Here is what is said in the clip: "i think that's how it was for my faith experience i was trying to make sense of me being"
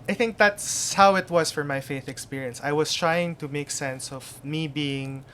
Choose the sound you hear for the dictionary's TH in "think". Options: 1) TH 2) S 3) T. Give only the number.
1